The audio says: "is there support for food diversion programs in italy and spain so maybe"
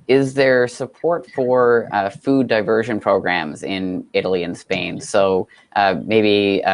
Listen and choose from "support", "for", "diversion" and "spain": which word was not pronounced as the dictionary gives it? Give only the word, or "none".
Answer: none